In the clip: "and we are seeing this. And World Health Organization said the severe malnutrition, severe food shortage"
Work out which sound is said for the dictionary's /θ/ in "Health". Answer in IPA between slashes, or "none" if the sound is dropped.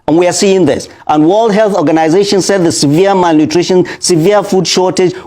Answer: /θ/